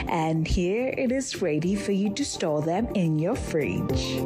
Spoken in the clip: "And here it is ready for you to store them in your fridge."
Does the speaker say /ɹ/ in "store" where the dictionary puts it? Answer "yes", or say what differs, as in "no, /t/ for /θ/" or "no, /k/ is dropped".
no, /l/ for /ɹ/